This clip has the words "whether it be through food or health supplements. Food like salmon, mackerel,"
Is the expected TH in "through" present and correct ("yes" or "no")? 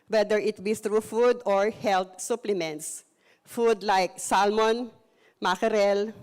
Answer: no